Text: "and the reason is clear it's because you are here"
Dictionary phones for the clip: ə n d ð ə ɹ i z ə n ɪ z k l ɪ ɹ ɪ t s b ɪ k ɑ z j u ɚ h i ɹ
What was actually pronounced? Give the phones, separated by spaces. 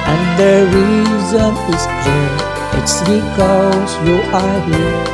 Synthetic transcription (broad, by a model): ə n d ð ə ɹ i z ə n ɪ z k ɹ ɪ ɪ t s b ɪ k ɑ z j u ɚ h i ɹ